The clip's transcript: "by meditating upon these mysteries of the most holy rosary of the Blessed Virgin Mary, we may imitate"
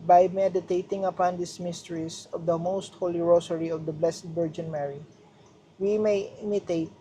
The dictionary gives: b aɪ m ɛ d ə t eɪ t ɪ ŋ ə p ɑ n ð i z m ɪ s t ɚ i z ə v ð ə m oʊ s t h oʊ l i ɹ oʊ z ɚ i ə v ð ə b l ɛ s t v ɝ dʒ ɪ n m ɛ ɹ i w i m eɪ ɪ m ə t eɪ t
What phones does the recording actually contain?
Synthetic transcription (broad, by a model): b aɪ m ɛ d ə t eɪ t ɪ ŋ ə p ɑ n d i s m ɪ s t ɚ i s ə v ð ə m oʊ s t h oʊ l i ɹ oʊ s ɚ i ə v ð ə b l ɛ s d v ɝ dʒ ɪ n m ɛ ɹ i w i m eɪ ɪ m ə t eɪ t